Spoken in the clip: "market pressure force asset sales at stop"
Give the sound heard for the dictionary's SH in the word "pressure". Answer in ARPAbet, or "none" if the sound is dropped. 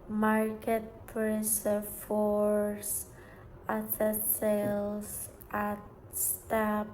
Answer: S